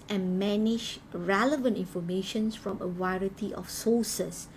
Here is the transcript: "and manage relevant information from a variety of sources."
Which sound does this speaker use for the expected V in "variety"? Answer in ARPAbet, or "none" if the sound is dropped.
W